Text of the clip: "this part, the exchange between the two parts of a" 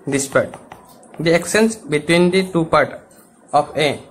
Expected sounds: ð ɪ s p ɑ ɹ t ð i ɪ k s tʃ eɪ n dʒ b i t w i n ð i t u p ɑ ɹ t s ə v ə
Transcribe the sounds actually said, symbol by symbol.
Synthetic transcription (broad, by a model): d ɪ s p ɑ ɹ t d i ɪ k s eɪ n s b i t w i n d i t u p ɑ ɹ t ə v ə